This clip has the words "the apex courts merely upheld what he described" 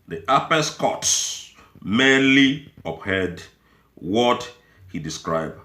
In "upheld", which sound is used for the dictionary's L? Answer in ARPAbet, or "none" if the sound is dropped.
none